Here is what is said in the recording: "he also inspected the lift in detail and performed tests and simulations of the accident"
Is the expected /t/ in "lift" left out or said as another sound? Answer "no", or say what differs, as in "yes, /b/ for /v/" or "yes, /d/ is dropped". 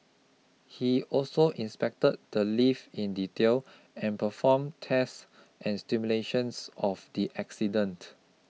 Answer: yes, /t/ is dropped